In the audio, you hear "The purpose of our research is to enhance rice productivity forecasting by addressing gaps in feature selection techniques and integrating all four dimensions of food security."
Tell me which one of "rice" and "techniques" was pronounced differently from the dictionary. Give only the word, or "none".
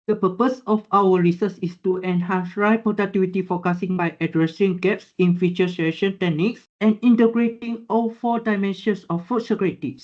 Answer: rice